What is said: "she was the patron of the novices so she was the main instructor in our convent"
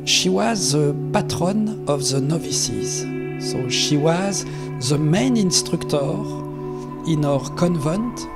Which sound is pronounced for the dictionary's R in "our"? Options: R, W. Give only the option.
R